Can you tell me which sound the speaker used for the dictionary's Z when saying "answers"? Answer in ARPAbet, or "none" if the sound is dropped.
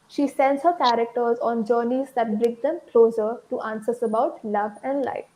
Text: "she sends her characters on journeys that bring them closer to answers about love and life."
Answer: S